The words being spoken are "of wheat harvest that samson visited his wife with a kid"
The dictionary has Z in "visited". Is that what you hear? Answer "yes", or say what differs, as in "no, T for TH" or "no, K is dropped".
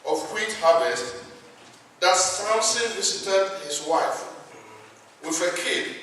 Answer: no, S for Z